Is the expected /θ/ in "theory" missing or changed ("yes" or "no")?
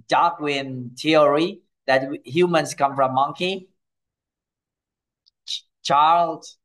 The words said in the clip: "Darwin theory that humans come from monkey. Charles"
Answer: yes